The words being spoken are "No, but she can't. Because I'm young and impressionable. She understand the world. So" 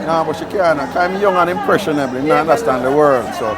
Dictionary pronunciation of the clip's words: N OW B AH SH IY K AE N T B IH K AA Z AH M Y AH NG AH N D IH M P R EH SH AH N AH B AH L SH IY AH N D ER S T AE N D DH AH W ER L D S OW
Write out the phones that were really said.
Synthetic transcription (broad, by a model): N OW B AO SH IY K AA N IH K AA AH M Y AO NG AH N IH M P R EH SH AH N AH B L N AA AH N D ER S T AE N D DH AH W ER L D S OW